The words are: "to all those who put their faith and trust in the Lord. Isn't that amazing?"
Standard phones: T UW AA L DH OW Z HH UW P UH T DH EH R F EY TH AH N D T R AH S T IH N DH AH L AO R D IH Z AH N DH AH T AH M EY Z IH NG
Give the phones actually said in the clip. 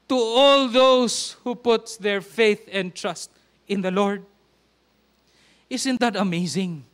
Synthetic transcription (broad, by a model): T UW AA L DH OW S HH UW P UH T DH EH R F EY TH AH N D T R AH S T IH N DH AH L AO R D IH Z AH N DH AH T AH M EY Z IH NG